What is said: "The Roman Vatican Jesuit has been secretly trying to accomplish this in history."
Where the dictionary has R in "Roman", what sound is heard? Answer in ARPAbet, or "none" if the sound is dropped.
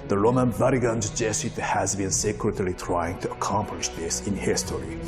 R